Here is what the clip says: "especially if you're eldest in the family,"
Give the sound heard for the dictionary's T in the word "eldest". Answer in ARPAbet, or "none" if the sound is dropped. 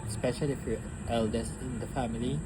none